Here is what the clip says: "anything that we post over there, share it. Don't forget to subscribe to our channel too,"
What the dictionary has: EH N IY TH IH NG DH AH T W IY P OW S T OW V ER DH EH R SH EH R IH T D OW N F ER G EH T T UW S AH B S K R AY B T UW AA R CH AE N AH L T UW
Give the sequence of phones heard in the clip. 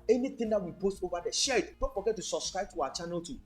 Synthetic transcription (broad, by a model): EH N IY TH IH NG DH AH T W IY P OW S T OW V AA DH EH SH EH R IH T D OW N F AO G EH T T UW S AH B S K R AY B T UW AA W CH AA N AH L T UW